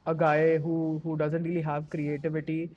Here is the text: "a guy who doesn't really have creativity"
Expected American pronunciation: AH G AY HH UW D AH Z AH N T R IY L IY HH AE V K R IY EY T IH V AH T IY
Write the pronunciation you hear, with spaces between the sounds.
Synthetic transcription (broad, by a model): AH G AY HH UW D AH Z AH N T R IY L IY HH AE V K R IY EY T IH V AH T IY